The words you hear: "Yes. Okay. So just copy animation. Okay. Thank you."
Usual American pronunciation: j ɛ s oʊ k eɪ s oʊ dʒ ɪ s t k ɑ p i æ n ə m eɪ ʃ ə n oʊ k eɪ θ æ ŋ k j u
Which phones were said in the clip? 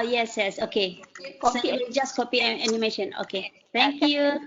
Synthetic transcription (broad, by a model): j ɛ s oʊ k eɪ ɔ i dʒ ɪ s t k ɑ p i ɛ n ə m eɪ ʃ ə n oʊ k eɪ t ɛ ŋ k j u